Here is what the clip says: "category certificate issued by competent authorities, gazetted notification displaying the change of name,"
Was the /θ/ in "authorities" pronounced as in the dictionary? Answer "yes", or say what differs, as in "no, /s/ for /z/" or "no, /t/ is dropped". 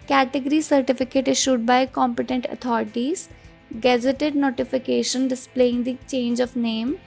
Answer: no, /t/ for /θ/